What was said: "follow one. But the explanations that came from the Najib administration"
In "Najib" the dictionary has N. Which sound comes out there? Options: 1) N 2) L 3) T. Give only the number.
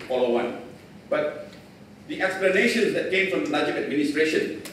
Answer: 2